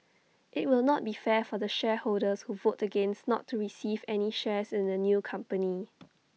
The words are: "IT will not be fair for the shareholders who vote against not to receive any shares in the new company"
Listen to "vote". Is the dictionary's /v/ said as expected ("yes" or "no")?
yes